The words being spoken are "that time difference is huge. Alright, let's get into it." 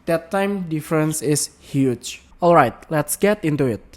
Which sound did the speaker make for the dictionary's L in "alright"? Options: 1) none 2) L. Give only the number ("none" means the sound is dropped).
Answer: 2